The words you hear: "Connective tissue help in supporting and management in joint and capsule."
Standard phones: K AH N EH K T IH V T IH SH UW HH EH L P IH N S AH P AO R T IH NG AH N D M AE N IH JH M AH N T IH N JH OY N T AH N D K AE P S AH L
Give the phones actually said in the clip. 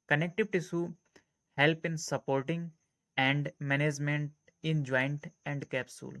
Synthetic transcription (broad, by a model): K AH N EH K T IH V T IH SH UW HH EH L P IH N S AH P AO R T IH NG AH N D M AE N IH JH M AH N T IH N JH OY N T AH N D K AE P S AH L